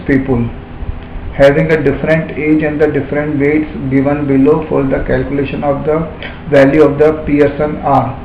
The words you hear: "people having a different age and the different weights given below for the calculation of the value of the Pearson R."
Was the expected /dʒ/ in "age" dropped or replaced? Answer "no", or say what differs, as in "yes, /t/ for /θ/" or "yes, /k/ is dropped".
no